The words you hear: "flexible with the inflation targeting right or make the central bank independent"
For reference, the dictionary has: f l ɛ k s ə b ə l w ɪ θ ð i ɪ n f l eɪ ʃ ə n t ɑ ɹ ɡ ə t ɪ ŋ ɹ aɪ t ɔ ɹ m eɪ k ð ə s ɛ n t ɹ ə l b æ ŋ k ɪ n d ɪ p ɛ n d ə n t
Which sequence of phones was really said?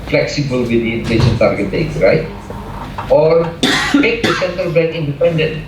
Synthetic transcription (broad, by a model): f l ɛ k s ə b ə l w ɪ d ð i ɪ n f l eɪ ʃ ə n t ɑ ɹ ɡ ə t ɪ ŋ ɹ aɪ t ɔ ɹ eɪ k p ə s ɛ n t ə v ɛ k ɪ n d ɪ p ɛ n d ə n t